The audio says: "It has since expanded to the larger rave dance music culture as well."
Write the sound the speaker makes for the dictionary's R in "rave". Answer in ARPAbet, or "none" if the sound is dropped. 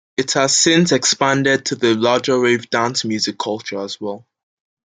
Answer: R